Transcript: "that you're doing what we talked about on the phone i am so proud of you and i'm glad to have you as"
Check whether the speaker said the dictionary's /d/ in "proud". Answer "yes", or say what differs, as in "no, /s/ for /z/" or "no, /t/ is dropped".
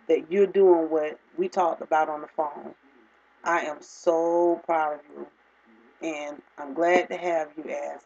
yes